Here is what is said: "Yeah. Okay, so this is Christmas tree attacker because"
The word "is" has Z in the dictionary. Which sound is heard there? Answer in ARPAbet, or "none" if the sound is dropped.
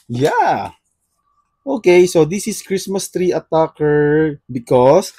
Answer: S